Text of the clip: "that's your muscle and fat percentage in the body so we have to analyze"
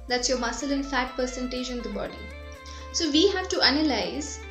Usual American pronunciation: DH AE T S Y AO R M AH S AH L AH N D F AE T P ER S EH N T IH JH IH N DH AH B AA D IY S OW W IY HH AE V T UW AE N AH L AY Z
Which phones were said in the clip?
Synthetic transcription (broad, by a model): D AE T S Y AO R M AH S AH L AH N F AE T P ER S EH N T IH JH IH N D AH B AA D IY S OW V IY HH AE V T UW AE N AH L AY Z